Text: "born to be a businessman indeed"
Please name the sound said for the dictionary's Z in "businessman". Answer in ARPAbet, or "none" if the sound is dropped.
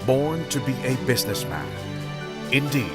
Z